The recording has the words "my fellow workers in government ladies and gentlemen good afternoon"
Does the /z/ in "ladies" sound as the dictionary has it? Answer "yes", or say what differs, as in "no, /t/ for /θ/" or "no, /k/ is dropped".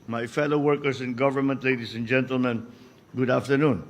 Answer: no, /s/ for /z/